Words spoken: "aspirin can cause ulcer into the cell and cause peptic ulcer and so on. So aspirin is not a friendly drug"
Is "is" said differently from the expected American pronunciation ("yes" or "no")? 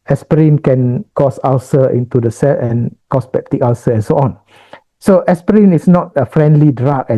yes